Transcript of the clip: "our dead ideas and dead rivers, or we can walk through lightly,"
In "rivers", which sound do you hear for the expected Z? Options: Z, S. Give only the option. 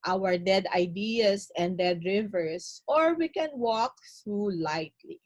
S